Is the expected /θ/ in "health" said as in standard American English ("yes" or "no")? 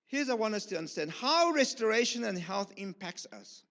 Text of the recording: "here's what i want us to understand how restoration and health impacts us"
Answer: yes